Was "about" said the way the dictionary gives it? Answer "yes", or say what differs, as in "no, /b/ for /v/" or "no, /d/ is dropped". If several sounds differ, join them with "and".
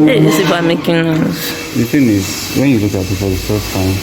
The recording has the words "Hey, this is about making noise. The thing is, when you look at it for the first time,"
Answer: no, /b/ is dropped